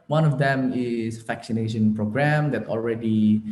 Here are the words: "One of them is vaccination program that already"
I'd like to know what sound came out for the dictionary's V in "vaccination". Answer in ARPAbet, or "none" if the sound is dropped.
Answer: F